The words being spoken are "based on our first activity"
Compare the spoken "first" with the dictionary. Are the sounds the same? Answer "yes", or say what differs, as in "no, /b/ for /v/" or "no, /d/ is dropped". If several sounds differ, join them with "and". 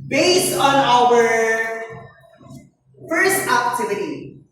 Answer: yes